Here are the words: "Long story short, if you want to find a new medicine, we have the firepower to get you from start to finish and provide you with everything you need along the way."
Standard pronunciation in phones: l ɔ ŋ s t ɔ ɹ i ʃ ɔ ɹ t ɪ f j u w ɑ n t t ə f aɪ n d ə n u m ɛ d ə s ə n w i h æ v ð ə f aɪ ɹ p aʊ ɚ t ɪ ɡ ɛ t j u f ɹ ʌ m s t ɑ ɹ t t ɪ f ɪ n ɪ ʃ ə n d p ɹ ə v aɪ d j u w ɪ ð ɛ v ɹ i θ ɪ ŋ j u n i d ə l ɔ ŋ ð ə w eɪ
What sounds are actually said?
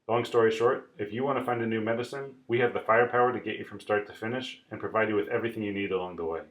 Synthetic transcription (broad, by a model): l ɔ ŋ s t ɔ ɹ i ʃ ɔ ɹ t ɪ f j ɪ w ɑ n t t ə f aɪ n d ə n u m ɛ d ə s ə n w i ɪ v ð ə f aɪ ɹ p aʊ ɚ t ɪ ɡ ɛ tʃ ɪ f ɹ ʌ m s t ɑ ɹ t t ɪ f ɪ n ɪ ʃ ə n p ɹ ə v aɪ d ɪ w ɪ ð ɛ v ɹ i θ ɪ ŋ j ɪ n i d ə l ɔ ŋ ð ə w eɪ